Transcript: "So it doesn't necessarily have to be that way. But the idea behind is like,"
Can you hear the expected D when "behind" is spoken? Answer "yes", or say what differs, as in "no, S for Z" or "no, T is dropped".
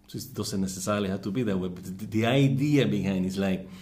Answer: no, D is dropped